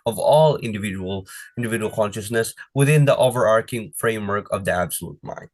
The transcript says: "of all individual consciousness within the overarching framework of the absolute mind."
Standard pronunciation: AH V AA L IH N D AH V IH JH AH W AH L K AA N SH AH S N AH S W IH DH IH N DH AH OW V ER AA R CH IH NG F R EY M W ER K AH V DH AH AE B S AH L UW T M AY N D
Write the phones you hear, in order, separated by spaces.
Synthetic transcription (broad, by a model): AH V AA L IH N D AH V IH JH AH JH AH L K AA N SH AH S N AH S W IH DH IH N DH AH OW V ER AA R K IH NG F R EY M W ER K AH V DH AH AE B S AH L UW T M AY N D